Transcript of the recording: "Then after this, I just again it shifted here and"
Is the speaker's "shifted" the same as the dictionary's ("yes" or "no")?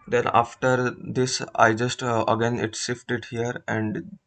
no